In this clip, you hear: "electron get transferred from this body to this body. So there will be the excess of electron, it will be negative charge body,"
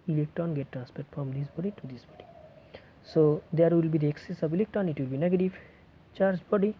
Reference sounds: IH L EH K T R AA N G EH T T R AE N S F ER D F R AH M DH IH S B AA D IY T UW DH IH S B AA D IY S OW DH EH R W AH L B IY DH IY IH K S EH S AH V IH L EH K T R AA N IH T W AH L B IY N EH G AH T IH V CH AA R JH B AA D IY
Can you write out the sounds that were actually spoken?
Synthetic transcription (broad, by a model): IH L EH K T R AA N G EH T T R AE N S P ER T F R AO M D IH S B AA D IY T UW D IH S B AA D IY S OW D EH R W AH L B IY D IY IH K S EH S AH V IH L EH K T R AA N IH T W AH L B IY N EH G AH T IH V CH AA R JH B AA D IY